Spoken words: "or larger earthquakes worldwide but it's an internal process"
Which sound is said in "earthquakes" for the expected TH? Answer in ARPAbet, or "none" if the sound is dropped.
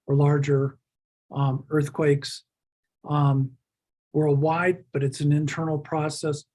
TH